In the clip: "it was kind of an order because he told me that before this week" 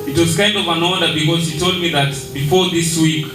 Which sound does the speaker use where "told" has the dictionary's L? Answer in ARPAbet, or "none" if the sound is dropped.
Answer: L